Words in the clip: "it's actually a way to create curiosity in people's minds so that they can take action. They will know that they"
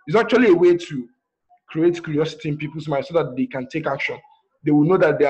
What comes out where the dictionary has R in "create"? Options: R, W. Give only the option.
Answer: R